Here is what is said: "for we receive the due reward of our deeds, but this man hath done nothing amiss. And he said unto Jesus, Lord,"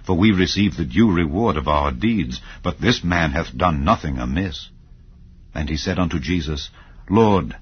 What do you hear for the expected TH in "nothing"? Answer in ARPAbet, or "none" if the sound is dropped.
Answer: TH